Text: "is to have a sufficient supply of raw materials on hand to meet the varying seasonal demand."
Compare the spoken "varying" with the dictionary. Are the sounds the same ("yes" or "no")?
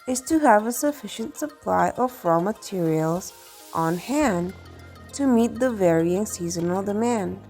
yes